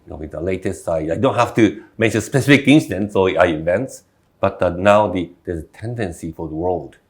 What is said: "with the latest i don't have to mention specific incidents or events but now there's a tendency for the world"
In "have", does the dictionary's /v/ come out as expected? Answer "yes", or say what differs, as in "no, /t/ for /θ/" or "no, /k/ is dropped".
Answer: no, /f/ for /v/